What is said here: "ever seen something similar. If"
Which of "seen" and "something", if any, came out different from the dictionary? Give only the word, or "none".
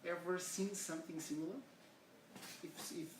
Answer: none